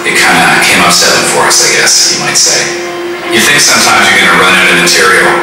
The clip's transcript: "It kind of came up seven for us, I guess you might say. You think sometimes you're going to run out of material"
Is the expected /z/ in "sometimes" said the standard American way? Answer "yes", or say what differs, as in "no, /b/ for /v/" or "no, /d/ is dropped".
yes